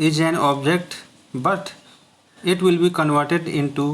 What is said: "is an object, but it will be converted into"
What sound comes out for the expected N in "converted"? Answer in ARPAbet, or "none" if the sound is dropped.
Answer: N